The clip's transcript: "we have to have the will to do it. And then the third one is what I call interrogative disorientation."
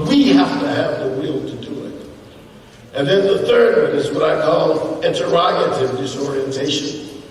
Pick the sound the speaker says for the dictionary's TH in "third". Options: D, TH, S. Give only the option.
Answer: TH